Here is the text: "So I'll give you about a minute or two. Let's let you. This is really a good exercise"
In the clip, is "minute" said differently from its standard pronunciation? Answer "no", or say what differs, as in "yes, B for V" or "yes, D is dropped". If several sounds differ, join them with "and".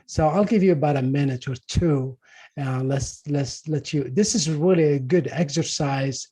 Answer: no